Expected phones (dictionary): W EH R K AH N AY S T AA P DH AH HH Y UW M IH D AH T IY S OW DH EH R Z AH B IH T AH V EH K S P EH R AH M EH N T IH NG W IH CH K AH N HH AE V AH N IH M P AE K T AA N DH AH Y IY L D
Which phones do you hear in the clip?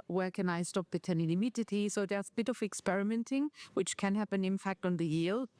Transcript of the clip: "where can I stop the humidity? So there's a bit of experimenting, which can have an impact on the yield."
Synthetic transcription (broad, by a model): W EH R K AH N AY S T AA P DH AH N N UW M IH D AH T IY S OW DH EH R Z AH B IH T AH V EH K S P EH R AH M EH N T IH NG W IH CH K AH N HH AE P AH N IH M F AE K T N DH AH Y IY L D